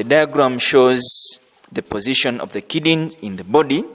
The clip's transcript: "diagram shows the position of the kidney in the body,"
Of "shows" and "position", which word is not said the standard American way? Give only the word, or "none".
none